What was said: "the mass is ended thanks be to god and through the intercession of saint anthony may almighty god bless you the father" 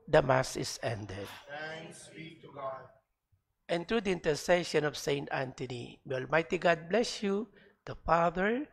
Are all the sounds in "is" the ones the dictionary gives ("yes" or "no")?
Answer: no